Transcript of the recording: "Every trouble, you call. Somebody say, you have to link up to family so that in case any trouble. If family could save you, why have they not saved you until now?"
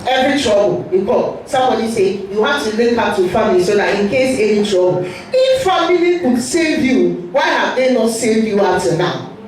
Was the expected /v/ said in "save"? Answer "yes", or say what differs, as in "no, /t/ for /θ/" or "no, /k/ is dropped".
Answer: yes